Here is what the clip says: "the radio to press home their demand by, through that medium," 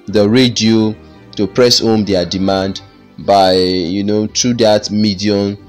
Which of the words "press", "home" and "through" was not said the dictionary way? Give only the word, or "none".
through